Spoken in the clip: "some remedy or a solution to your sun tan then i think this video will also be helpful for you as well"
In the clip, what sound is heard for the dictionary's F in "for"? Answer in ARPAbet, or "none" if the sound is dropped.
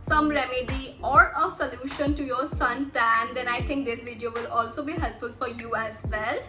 F